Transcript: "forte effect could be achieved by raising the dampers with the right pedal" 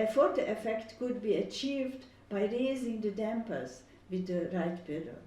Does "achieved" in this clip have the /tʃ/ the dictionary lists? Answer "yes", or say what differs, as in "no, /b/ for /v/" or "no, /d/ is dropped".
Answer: yes